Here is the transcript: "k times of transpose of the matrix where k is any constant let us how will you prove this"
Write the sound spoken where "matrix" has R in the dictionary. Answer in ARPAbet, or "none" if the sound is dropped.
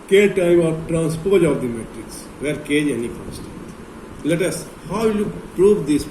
R